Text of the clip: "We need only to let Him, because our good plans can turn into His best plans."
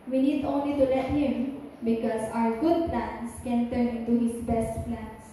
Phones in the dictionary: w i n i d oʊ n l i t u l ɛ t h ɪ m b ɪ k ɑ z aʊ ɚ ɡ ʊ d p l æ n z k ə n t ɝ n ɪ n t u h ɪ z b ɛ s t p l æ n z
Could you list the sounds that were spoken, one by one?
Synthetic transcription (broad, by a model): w i n i d oʊ n l i t u l ɛ t h ɪ m b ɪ k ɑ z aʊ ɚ ɡ ʊ d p l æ n s k ə n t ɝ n ɪ n t u h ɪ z b ɛ s t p l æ n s